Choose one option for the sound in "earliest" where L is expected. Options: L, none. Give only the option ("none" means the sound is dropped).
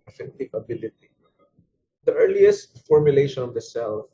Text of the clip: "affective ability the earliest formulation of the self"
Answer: L